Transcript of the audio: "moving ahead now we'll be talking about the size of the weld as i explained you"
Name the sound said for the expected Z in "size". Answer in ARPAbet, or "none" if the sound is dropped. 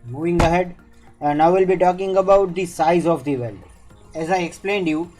Z